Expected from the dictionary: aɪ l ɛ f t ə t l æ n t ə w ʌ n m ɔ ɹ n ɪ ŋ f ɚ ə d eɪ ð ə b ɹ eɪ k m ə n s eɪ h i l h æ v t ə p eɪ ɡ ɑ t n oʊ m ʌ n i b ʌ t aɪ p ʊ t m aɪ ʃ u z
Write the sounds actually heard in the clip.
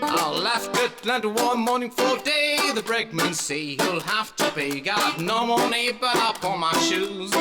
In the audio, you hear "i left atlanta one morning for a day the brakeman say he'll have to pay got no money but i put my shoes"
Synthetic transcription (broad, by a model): aɪ l ɛ f t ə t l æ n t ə w ʌ n m ɔ ɹ n ɪ ŋ f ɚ ə d eɪ ð ə b ɹ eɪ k m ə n s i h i l h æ f t ə b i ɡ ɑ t n oʊ m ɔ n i b ʌ t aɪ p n m aɪ ʃ u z